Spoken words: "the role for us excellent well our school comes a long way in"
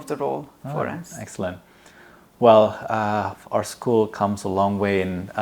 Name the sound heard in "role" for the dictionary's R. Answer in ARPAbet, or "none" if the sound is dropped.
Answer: R